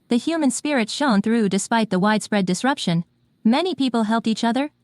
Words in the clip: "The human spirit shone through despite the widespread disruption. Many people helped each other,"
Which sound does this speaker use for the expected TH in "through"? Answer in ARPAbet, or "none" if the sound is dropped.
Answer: TH